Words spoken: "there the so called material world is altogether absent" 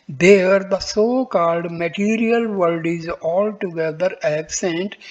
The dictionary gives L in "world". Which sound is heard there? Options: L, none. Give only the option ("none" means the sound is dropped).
none